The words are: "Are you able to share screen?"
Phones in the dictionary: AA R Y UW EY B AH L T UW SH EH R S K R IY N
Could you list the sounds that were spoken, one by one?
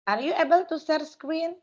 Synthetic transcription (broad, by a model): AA R Y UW EY B AH L T UW S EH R S K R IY N